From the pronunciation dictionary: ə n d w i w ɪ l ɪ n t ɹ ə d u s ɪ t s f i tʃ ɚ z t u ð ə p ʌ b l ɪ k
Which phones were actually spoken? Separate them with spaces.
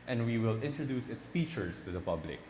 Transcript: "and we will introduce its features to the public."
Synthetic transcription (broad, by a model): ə n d w i w ɪ l ɪ n t ɹ ə d u s ɪ t s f i tʃ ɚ s t u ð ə p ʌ b l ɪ k